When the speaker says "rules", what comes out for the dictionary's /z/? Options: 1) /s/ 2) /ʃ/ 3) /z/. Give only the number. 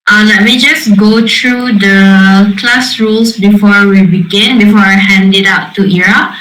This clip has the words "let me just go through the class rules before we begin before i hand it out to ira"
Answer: 1